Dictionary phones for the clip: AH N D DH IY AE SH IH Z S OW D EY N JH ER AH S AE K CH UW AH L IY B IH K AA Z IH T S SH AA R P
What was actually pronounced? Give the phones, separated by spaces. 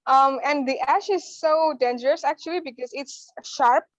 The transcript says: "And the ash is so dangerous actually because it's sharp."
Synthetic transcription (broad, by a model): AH N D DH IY AE SH IH Z S OW D EY N JH ER AH S AE K CH UW AH L IY B IH K AA Z IH T S SH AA R P